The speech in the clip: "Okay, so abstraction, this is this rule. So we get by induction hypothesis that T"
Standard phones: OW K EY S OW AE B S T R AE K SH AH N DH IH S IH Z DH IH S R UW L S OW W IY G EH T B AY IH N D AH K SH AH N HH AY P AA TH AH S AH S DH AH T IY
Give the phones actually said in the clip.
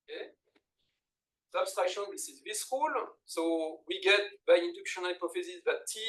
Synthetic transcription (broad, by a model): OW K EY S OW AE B S T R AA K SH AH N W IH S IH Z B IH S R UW L S OW W IY G EH T B AY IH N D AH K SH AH N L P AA F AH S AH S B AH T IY